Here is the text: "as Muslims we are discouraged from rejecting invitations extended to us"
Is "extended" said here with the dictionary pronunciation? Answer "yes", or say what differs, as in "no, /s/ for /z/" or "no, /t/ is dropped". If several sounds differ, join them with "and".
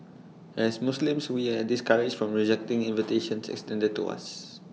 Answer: yes